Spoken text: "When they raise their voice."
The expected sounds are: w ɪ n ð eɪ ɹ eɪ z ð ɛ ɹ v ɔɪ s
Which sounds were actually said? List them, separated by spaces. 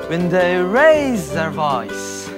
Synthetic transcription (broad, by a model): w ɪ n ð eɪ ɹ eɪ z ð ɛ ɹ v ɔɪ s